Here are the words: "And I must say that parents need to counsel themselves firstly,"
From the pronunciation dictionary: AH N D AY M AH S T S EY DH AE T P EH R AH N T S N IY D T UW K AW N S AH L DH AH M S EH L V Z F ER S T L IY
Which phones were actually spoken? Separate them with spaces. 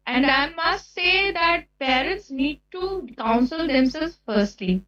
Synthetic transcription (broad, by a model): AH N D AY M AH S T S EY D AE T P EH R AH N T S N IY D T UW K AW N S AH L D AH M S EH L Z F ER S T L IY